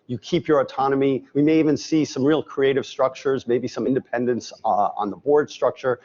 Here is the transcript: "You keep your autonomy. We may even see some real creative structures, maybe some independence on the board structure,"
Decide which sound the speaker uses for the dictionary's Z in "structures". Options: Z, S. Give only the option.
Z